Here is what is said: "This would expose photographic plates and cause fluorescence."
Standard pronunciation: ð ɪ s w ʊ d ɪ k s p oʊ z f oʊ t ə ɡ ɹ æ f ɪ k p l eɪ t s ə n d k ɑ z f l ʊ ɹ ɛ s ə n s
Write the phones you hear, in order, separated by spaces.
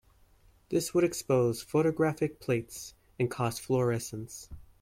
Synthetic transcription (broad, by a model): ð ɪ s w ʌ d ɪ k s p oʊ z f oʊ t ə ɡ ɹ æ f ɪ k p l eɪ t s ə n k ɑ s f l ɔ ɹ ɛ s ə n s